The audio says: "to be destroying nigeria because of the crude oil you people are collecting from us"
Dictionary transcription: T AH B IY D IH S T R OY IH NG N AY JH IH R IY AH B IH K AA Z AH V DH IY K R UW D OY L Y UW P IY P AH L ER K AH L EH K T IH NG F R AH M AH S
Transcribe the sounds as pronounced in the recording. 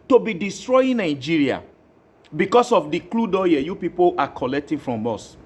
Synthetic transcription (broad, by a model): T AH B IY D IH S T R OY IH N AY JH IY R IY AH B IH K AA S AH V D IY K L UW D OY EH Y UW P IY P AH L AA K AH L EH K T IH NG F R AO M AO S